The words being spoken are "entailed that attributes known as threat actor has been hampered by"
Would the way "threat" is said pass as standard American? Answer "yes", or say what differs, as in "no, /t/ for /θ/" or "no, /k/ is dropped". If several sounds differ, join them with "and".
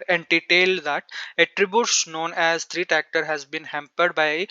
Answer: no, /t/ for /θ/